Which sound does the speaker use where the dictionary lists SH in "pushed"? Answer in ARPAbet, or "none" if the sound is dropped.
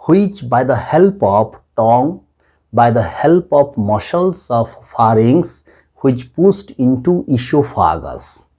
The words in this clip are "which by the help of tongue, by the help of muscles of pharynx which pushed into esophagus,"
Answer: S